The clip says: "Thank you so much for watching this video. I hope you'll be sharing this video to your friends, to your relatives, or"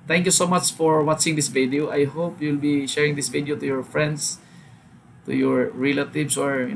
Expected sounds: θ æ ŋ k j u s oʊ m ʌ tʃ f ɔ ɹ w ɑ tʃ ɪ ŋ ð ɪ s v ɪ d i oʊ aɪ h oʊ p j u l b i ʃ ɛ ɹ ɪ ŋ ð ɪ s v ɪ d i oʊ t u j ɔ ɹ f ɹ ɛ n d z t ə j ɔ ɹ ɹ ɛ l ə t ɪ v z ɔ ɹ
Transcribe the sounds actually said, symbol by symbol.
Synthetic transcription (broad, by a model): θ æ ŋ k j u s oʊ m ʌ tʃ f ɔ ɹ w ɑ tʃ ɪ ŋ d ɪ s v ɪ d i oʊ aɪ h oʊ p j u l b i ʃ ɛ ɹ ɪ ŋ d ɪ s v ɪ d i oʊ t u j ɔ ɹ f ɹ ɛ n d s t ə j ɔ ɹ ɹ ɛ l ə t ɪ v s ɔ ɹ